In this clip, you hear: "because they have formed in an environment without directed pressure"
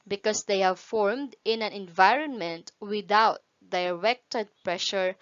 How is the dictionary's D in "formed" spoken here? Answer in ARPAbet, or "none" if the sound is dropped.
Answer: D